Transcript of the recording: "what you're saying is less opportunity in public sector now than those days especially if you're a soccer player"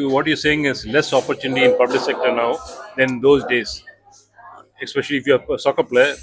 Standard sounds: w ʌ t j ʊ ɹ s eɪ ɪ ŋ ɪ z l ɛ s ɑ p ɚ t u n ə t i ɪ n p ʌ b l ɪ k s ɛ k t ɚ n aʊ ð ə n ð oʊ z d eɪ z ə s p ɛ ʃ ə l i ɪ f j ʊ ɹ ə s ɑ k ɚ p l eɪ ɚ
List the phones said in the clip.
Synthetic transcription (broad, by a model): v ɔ t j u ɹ s eɪ ɪ ŋ ɪ z l ɛ s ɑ p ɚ t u n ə t i ɪ n p ʌ b l ɪ k s ɛ k t ɚ n aʊ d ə n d oʊ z d eɪ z ə s p ɛ ʃ ə l i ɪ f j ə s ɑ k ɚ p l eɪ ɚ